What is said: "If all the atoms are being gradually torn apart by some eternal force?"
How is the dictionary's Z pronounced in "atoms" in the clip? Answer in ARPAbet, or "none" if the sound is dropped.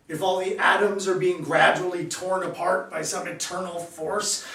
Z